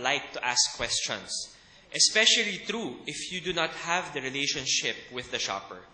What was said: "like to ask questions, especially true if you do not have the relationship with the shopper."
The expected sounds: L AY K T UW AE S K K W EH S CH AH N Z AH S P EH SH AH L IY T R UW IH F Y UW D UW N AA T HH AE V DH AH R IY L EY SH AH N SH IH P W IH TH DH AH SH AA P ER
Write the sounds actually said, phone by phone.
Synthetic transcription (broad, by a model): L AY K T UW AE S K K W EH S CH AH N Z AH S P EH SH AH L IY T R UW IH F Y UW D UW N AA T HH AE V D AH R IY L EY SH AH N SH IH P W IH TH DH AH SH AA P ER